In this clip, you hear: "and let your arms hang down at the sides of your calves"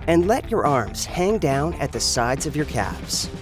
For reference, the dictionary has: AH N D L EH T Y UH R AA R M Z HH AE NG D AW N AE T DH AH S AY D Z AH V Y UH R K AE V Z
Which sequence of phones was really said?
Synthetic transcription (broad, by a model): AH N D L EH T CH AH R AA R M Z HH AE NG D AW N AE T DH AH S AY D Z AH V Y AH R K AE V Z